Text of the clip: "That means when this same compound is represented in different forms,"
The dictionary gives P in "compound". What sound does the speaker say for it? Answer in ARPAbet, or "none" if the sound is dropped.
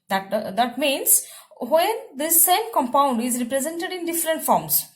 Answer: P